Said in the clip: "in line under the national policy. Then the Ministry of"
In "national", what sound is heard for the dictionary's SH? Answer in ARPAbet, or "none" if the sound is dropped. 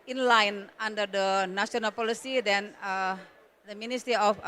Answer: S